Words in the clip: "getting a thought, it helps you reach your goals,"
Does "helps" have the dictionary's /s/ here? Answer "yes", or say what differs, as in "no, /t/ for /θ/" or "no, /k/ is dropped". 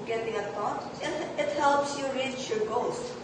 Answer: yes